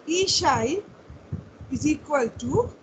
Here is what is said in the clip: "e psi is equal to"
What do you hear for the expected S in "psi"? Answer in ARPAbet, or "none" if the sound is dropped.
SH